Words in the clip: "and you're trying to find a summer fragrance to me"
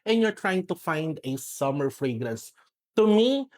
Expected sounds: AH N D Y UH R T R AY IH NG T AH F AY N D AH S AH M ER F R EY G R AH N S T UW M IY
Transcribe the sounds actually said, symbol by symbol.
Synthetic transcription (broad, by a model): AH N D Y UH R T R AY IH NG T AH F AY N D AH S AH M ER F R EY G R AH N S T UW M IY